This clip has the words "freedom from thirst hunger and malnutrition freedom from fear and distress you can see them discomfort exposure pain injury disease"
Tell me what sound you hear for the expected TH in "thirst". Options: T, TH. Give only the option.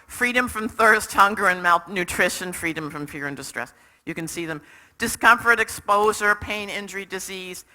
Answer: TH